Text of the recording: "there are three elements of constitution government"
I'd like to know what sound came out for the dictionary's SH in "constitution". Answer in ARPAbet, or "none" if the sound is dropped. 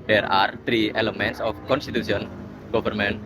S